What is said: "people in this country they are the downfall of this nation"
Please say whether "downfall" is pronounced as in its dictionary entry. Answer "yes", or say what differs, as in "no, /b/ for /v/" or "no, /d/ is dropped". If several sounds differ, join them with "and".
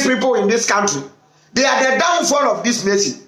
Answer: yes